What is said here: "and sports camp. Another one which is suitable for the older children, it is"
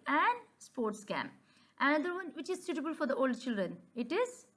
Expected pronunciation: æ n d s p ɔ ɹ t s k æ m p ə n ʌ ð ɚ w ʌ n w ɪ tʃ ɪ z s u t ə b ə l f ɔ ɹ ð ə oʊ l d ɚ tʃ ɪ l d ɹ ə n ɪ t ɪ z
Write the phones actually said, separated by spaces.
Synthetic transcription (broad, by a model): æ n d s p ɔ ɹ t s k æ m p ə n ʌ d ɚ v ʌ n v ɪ tʃ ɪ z s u t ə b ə l f ɔ ɹ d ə oʊ l d tʃ ɪ l d ɹ ə n ɪ t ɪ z